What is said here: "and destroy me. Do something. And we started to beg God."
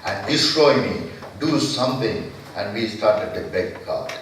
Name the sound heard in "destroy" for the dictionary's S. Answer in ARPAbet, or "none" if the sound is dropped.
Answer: S